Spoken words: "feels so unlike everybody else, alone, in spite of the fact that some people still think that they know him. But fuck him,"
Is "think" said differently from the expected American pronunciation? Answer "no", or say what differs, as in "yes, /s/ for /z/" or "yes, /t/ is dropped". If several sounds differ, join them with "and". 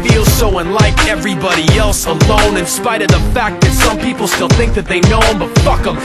no